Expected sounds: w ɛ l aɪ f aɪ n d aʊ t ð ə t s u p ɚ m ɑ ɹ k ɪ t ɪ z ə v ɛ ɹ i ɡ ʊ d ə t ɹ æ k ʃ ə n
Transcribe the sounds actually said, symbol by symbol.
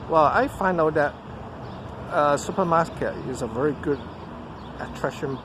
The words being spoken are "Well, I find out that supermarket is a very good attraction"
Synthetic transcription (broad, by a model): w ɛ l aɪ f aɪ n d aʊ t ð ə t s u p ɚ m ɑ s k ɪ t ɪ z ə v ɛ ɹ i ɡ ʊ d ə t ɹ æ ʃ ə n